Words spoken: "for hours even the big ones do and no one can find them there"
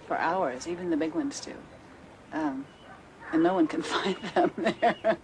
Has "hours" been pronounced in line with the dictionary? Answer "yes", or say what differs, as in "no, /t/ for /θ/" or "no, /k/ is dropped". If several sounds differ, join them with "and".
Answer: yes